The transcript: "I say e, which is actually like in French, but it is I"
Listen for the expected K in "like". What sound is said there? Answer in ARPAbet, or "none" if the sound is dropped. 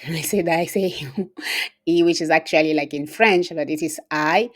K